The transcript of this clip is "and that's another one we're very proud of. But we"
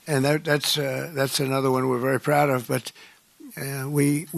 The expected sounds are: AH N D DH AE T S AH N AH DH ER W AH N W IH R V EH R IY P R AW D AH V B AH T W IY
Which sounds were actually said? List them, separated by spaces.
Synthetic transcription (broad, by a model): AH N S DH AE T S AH N AH DH ER W AH N W IH R V EH R IY P R AW D AH V B AH T W IY